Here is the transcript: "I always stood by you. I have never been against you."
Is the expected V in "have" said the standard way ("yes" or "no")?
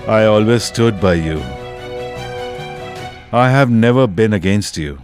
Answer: yes